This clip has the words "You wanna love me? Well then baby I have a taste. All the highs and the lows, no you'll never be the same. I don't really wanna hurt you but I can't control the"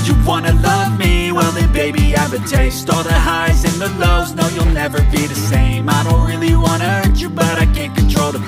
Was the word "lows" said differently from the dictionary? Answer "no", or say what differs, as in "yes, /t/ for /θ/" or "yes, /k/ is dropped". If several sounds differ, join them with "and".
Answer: no